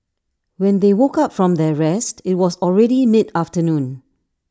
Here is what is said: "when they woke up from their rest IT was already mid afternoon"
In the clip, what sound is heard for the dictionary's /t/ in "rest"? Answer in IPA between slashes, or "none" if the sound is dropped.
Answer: /t/